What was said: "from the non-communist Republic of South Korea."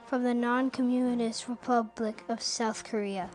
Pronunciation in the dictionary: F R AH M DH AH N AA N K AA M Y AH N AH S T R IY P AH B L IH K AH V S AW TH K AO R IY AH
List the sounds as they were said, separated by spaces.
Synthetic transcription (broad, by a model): F R AH M DH AH N AA N K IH M Y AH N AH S T R IY P AH B L IH K AH V S AW TH K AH R IY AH